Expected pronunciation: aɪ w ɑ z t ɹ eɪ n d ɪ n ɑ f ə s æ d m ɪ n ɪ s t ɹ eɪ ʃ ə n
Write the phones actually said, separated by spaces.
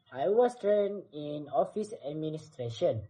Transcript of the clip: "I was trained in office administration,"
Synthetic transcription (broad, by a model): aɪ w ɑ s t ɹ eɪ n ɪ n ɑ f ə s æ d m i n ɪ s t ɹ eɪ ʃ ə n